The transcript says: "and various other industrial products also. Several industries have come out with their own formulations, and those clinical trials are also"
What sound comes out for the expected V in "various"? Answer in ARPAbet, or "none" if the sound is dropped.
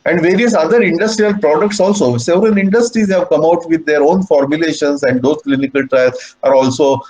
V